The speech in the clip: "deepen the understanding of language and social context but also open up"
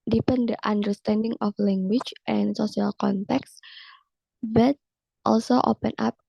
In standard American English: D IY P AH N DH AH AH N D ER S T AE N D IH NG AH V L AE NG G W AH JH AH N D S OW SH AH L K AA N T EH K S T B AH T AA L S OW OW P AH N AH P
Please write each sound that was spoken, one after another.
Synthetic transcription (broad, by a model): D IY P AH N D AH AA N D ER S T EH N D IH NG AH F L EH NG G W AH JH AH N S OW S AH L K AA N T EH K S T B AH T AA L S OW OW P AH N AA P